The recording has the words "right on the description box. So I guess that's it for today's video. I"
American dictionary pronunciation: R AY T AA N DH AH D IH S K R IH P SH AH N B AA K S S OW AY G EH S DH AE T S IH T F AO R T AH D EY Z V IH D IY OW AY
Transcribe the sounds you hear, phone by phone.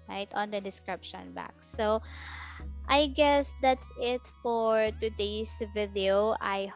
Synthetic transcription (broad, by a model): R AY T AA N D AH D IH S K R IH P SH AH N B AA K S S OW AY G EH S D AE T S IH T F AO R T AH D EY S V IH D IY OW AY